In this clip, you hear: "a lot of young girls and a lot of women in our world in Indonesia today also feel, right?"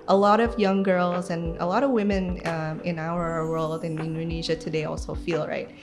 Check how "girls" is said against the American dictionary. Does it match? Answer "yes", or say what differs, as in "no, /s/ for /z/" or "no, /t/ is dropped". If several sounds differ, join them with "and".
yes